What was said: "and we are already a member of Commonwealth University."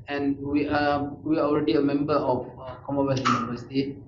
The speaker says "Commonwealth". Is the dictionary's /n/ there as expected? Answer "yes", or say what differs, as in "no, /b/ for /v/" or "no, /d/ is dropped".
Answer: no, /n/ is dropped